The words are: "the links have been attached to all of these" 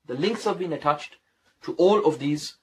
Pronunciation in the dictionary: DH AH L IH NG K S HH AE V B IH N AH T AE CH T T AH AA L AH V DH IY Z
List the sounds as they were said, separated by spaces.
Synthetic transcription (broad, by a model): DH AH L IH NG K S HH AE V B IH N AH T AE CH T T AA L AH V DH IY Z